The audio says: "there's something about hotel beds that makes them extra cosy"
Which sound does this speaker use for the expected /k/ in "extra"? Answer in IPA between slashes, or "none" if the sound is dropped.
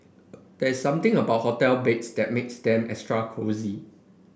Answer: none